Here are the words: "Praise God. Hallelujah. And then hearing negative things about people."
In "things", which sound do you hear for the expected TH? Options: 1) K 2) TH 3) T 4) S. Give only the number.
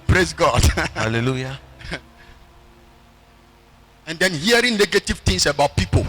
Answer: 3